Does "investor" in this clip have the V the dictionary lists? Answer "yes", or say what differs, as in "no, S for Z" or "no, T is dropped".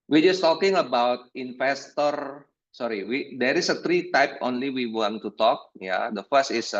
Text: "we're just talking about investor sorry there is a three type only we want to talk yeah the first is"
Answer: no, F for V